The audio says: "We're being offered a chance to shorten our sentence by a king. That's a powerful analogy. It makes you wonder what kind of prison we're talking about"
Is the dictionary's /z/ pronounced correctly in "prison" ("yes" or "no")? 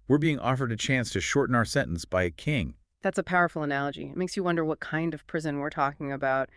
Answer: yes